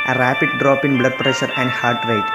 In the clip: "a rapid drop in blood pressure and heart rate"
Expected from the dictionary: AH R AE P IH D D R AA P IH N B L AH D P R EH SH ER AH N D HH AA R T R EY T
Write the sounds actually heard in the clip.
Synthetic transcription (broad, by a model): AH R AE P IH D D R AA P IH N B L AH D P R EH SH ER AH N D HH AA R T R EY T